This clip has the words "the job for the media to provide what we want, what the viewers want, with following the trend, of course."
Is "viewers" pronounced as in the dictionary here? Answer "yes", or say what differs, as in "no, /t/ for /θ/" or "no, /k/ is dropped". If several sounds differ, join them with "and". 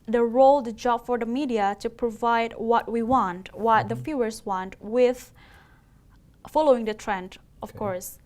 no, /f/ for /v/